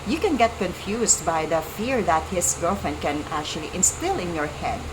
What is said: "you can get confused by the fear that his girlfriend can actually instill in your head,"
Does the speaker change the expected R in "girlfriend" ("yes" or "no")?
yes